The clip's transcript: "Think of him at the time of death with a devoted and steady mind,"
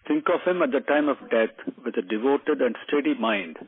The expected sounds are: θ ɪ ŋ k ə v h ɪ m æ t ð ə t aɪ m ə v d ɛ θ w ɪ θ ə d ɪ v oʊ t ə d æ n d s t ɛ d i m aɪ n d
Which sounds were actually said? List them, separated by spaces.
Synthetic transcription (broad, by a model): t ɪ ŋ k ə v h ɪ m æ t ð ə t aɪ m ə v d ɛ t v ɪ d ə d ɪ v oʊ t ə d æ n d s t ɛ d i m aɪ n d